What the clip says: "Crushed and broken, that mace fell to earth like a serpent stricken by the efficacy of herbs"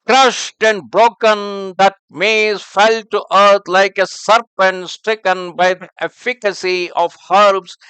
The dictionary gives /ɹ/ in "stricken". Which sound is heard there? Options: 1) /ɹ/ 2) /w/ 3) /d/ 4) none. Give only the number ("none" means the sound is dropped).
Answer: 1